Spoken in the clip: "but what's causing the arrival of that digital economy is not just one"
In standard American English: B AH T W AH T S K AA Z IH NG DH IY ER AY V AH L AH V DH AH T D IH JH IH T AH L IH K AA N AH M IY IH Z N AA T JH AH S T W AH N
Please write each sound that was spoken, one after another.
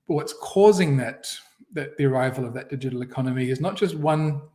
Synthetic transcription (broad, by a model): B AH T W AH T S K AA Z IH NG DH IY ER AY V AH L AH V DH AH T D IH JH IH T L IH K AA N AH M IY IH Z N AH T JH AH S T W AH N